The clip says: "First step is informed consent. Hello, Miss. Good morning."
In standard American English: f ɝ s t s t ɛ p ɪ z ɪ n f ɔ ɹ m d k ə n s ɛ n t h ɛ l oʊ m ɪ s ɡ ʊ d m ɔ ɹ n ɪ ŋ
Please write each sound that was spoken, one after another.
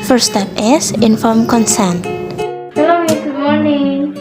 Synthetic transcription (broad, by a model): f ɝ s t s t ɛ p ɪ s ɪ n f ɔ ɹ m k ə n s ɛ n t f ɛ l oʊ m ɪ ɡ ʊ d m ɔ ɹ n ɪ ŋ